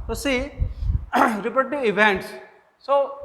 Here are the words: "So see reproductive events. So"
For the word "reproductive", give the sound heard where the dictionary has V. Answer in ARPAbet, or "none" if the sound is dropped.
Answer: none